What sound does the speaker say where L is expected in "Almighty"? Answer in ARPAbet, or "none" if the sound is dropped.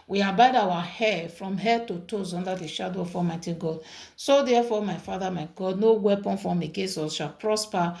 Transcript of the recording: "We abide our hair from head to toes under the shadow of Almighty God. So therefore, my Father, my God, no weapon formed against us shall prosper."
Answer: none